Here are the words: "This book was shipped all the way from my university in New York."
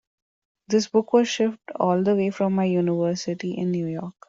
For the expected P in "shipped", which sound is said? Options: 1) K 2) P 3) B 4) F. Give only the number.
4